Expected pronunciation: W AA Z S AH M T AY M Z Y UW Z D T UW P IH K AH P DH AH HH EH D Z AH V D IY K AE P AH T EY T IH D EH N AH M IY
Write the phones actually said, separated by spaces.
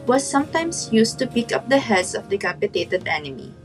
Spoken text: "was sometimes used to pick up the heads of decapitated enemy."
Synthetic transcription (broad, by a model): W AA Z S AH M T AY M S Y UW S T UW P IH K AH P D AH HH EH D S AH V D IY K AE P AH T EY T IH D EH N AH M IY